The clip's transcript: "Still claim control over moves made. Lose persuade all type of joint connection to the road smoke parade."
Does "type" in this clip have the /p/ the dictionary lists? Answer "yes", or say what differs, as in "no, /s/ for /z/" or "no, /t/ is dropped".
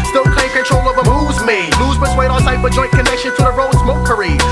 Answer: no, /f/ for /p/